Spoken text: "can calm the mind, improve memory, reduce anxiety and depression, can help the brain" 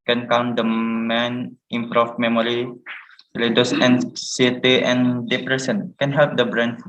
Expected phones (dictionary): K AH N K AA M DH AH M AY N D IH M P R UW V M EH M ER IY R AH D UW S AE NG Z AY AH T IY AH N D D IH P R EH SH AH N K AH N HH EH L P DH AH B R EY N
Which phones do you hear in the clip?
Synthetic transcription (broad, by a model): K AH N K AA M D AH M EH N IH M P R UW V M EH M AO IY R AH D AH S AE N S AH T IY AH N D D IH P R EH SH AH N K AH N HH EH L P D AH B R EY N